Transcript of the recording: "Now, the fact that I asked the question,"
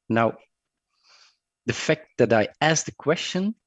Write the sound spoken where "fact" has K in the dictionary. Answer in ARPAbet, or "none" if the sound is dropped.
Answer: K